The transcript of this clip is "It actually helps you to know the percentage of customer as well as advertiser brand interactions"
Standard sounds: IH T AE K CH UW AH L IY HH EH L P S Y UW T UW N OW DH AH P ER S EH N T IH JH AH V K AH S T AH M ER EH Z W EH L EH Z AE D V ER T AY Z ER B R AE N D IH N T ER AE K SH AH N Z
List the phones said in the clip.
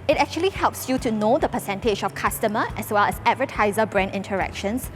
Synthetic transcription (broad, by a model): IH T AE K CH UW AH L IY HH EH L P S Y UW T UW N OW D AH P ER S EH N T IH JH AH F K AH S T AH M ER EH S W EH L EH S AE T V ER T AY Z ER B R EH N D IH N T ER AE K SH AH N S